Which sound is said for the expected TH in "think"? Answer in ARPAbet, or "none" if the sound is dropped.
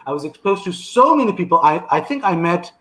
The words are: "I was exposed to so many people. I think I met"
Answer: TH